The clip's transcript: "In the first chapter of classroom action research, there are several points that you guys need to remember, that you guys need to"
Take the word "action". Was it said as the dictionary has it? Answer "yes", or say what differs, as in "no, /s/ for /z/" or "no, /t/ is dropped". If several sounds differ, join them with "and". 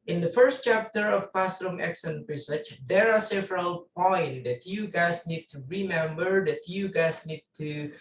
no, /s/ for /ʃ/